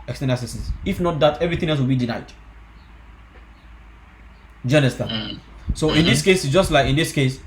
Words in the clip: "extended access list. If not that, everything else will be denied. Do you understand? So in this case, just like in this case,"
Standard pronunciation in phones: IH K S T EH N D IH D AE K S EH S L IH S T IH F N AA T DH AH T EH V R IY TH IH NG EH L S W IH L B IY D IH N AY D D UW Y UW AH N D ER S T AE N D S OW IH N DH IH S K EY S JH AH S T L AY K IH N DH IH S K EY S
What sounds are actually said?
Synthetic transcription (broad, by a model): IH K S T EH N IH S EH S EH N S IH F N AA T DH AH T EH V R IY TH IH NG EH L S W IH L B IY D IH N AY D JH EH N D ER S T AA S OW IH N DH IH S K EY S JH AH S T L AY K IH N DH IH S K EY S